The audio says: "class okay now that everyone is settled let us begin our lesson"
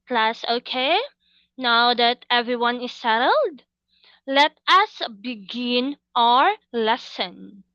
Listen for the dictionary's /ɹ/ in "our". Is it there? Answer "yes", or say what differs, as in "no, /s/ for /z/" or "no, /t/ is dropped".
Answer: yes